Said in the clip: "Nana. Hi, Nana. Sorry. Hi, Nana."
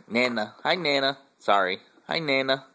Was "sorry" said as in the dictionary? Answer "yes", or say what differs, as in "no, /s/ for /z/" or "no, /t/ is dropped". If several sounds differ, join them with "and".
yes